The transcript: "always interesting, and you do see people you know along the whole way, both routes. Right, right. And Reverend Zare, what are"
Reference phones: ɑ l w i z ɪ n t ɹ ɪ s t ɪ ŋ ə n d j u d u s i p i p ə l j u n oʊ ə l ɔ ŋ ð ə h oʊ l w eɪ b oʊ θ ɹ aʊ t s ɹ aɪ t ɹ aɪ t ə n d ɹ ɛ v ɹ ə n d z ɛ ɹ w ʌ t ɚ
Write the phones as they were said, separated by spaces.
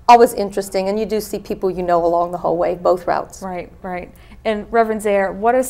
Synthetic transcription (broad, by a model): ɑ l w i z ɪ n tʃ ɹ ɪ s t ɪ ŋ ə n j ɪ d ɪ s i p i p l j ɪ n oʊ ə l ɔ ŋ ð ə h oʊ l w eɪ b oʊ θ ɹ aʊ t s ɹ aɪ t ɹ aɪ t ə n ɹ ɛ v ɹ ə n z ɛ ɹ w ʌ t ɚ